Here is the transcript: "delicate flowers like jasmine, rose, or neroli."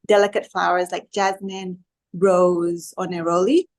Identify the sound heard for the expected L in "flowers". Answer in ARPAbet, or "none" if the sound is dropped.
L